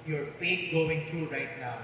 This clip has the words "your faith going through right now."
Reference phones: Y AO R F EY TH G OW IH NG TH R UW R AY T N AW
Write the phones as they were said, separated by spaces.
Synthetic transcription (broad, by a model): Y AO R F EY T G OW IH NG T R UW R AY T N AW